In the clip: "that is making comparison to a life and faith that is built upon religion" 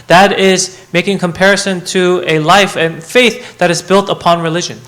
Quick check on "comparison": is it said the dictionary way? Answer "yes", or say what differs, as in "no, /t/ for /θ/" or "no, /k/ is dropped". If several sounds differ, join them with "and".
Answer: yes